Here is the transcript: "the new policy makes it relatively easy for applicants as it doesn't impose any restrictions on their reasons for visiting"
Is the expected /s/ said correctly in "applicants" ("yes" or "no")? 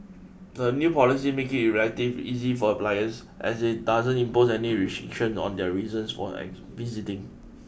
no